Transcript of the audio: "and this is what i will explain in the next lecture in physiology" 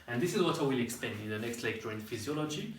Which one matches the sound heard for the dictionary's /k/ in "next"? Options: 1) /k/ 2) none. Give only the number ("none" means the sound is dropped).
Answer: 1